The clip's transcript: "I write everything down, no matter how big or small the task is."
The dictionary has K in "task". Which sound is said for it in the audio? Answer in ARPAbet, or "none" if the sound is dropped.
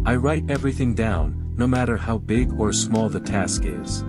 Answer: K